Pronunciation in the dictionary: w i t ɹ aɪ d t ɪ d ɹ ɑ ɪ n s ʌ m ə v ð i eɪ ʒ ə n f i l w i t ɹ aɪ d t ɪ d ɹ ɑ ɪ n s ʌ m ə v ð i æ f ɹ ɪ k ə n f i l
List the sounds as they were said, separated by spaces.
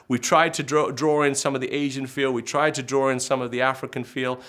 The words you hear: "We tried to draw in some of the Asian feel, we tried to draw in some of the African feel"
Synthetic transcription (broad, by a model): w i t ɹ aɪ d t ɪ d ɹ ɑ ɪ n s ʌ m ə v ð i eɪ ʒ ə n f i l w i t ɹ aɪ d t ɪ d ɹ ɑ ɪ n s ʌ m ə v ð i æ f ɹ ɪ k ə n f i l